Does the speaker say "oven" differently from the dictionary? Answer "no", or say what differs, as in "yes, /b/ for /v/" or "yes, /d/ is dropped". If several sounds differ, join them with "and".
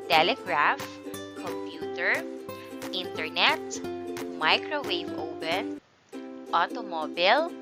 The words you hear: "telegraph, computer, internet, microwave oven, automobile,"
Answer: yes, /p/ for /v/